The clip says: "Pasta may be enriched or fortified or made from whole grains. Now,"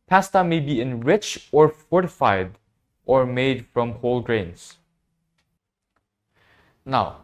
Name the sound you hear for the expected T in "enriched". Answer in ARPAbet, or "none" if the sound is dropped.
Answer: none